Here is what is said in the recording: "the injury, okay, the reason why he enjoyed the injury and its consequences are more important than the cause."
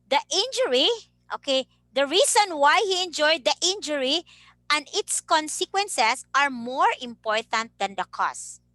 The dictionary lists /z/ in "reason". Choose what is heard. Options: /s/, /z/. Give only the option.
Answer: /s/